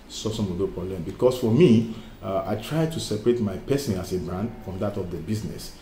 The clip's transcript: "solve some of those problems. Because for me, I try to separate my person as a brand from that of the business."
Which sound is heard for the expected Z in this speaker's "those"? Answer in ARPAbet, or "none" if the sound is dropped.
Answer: none